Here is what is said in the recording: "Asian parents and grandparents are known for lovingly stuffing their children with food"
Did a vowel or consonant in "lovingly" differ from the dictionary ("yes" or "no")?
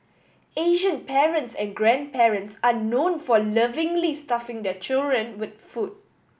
no